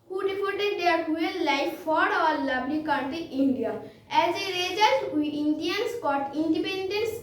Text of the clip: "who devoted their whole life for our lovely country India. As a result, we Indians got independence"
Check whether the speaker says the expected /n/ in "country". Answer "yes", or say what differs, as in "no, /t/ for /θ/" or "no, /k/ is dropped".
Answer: no, /n/ is dropped